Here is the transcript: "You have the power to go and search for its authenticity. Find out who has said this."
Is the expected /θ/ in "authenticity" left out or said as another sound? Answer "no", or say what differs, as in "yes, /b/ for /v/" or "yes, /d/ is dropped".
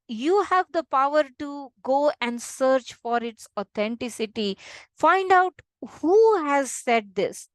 yes, /t/ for /θ/